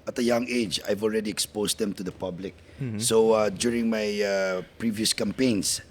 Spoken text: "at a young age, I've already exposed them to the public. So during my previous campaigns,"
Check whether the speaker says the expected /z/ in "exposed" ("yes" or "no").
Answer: no